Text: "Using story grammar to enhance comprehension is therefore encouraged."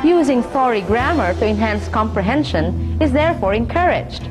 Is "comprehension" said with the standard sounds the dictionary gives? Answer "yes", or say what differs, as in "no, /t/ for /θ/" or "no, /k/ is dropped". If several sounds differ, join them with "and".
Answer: yes